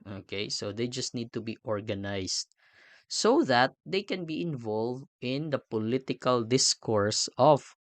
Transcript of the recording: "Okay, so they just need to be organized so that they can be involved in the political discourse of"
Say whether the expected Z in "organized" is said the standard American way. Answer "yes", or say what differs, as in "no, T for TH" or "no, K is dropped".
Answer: no, S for Z